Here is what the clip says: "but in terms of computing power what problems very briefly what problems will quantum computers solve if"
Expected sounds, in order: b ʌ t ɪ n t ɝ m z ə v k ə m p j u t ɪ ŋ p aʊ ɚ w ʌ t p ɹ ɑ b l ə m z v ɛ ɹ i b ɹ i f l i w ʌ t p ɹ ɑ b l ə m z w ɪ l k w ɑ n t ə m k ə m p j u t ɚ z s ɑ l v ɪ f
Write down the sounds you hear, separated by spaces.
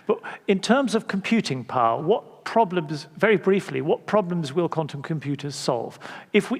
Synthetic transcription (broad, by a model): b ʌ t ɪ n t ɝ m z ə v k ə m p j u t ɪ ŋ p aʊ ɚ w ʌ t p ɹ ɑ b l ə m z v ɛ ɹ i b ɹ i f l i w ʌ t p ɹ ɑ b l ə m z w ɪ l k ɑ n t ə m k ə m p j u t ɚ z s ɑ l v ɪ f